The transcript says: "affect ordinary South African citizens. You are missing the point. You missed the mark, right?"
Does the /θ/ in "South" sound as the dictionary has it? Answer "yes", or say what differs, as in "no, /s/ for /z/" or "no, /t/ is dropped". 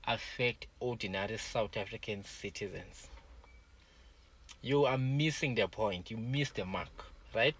no, /t/ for /θ/